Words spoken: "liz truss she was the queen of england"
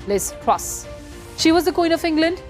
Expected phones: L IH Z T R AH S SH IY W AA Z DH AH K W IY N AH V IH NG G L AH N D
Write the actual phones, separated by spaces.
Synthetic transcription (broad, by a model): L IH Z T R AH S SH IY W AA Z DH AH K W IY N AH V IH NG G L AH N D